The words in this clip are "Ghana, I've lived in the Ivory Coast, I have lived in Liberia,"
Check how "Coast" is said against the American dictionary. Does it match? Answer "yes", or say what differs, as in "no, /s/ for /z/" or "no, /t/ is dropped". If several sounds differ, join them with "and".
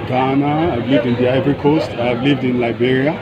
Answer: yes